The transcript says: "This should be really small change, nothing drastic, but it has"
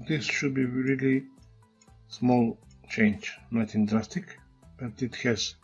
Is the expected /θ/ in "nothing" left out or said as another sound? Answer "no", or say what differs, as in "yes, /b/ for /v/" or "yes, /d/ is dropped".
yes, /t/ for /θ/